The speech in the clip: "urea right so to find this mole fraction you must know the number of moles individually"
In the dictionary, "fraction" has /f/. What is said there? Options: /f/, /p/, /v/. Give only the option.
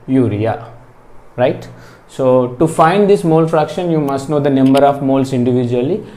/f/